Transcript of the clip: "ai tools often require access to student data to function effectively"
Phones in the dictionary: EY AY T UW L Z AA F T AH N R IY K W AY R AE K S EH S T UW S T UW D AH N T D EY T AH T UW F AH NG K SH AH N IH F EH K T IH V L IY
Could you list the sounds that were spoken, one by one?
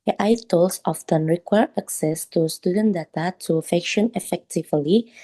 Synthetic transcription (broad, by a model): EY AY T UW L S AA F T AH N R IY K W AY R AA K S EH S T UW S T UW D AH N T D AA T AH T UW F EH K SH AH N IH F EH K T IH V L IY